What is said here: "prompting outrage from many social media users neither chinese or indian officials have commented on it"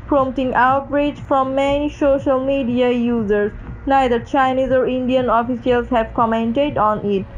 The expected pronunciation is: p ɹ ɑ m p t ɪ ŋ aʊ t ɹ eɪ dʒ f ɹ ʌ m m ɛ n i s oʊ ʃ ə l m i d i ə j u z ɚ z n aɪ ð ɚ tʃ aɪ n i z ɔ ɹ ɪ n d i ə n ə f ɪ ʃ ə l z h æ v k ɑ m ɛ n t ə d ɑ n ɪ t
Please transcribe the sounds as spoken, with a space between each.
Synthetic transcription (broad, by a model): p ɹ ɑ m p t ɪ ŋ aʊ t ɹ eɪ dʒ f ɹ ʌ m m ɛ n i s oʊ ʃ ə l m i d i ə j u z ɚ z n aɪ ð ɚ tʃ aɪ n i z ɔ ɹ ɪ n d i ə n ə f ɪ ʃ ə l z h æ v k ɑ m ɛ n t ə d ɑ n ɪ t